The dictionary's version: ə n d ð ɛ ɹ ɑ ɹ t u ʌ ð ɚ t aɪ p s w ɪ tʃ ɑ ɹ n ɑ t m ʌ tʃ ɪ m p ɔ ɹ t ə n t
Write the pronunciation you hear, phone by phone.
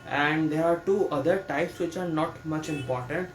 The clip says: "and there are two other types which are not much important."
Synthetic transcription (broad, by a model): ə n d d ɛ ɹ ɑ ɹ t u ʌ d ɚ t aɪ p s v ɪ tʃ ɑ ɹ n ɑ t m ʌ tʃ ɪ m p ɔ ɹ t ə n t